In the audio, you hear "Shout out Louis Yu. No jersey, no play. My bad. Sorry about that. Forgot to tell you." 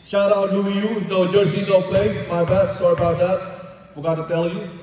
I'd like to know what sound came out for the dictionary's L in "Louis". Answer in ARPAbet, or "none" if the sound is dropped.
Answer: W